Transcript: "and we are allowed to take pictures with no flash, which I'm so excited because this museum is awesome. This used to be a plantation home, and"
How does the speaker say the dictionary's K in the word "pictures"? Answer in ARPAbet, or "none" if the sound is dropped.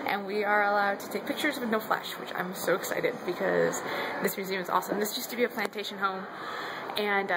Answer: K